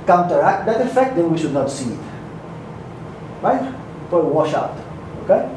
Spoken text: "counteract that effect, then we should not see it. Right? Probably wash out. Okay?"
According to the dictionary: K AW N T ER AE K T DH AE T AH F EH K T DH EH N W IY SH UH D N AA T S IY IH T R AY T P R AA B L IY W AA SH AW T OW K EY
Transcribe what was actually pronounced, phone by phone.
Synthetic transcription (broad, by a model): K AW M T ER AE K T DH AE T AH F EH K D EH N W IY SH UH D N AA T S IY IH T R AY T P AA W AA SH AW T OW K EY